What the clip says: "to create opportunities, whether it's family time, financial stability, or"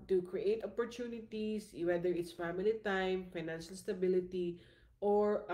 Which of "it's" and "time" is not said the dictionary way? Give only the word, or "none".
none